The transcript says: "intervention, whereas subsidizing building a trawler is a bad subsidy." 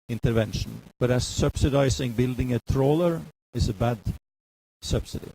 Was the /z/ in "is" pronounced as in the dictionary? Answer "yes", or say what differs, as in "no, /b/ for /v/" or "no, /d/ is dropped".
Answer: no, /s/ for /z/